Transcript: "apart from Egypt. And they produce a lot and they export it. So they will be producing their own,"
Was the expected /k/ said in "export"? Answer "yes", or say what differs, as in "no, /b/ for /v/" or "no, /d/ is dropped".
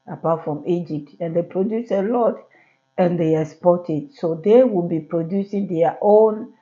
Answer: no, /k/ is dropped